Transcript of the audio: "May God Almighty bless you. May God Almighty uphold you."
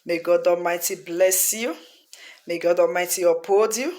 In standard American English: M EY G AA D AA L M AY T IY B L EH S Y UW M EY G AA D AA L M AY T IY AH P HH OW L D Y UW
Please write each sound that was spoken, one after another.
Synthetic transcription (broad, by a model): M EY G AA D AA M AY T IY B L EH S Y UW M EY G AA D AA M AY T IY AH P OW D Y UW